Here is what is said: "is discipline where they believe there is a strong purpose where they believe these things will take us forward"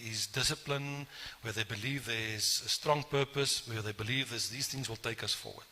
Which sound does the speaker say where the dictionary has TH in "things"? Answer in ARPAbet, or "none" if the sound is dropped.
TH